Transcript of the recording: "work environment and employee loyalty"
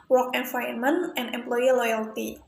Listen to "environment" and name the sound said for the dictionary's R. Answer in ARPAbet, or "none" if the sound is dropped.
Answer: none